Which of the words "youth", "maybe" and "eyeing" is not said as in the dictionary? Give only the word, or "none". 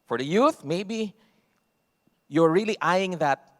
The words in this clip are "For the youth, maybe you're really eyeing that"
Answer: none